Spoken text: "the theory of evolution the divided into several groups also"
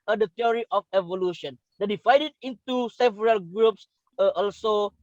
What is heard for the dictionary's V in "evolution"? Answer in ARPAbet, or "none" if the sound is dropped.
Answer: V